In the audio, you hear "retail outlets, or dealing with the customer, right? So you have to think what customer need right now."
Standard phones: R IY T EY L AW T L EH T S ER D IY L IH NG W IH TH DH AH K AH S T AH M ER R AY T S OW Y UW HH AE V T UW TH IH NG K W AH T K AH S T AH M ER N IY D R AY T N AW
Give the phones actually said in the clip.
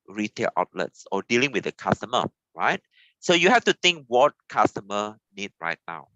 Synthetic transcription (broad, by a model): R IY T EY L AW T L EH T S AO D IY L IH NG W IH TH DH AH K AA S T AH M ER R AY T S OW Y UW HH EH F T UW T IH NG K W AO T K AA S T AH M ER N IY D R AY T N AW